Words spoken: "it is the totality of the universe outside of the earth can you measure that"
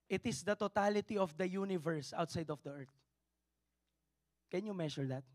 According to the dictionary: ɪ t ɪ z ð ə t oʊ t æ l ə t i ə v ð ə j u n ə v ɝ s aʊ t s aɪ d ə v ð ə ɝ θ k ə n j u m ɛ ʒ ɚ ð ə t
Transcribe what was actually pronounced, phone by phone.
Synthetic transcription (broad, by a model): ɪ t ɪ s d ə t oʊ t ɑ l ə t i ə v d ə j u n ə v ɝ s aʊ t s aɪ d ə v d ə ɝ t k ə n j u m ɛ ʃ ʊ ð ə t